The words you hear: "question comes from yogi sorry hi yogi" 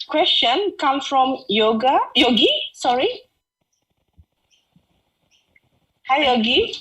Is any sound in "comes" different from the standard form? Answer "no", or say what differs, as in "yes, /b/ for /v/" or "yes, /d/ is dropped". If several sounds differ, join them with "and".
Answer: yes, /z/ is dropped